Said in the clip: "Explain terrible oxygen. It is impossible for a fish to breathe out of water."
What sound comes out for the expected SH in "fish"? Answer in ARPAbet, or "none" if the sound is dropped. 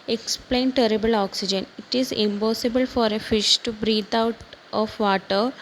SH